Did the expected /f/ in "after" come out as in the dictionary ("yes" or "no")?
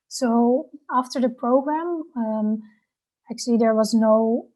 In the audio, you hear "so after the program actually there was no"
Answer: yes